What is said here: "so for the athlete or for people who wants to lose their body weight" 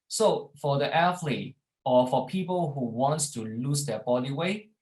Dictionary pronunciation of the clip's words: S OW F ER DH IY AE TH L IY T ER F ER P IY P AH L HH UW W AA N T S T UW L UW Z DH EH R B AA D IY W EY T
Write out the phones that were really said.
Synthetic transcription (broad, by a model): S OW F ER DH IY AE F L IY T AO F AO P IY P AH L HH UW W AA N T S T UW L UW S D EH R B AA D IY W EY